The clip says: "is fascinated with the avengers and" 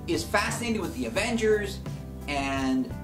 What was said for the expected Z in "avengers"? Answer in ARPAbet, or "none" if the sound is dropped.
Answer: Z